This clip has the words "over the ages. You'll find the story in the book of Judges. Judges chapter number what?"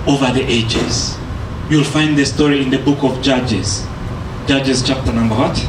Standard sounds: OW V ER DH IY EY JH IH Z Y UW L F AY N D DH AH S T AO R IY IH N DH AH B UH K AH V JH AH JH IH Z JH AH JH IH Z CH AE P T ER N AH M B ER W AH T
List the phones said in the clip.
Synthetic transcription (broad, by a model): OW V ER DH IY EY JH IH Z Y UW L F AY N D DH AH S T AO R IY IH N DH AH B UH K AH V JH AH JH IH Z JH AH JH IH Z CH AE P T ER N AH M B ER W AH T